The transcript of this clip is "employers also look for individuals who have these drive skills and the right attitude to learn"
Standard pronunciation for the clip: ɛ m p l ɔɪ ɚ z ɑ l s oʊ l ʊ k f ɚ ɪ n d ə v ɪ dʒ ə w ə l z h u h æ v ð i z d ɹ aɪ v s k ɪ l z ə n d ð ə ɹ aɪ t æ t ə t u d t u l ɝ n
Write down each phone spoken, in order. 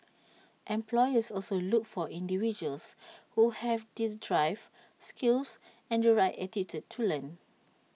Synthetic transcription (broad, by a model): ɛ m p l ɔɪ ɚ s ɑ l s oʊ l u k f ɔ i n d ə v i dʒ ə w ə l s h u h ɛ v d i s d ɹ aɪ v s k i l s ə n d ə ɹ aɪ t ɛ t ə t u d t u l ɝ n